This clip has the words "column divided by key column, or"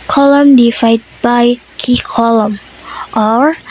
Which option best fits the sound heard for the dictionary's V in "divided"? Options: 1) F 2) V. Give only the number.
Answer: 1